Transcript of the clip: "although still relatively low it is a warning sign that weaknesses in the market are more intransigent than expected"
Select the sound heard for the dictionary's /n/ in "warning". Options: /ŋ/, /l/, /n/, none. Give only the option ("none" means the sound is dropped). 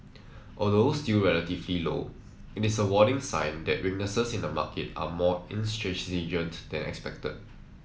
none